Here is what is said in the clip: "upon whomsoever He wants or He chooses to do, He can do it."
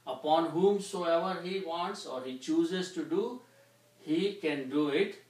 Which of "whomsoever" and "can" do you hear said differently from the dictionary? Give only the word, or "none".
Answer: none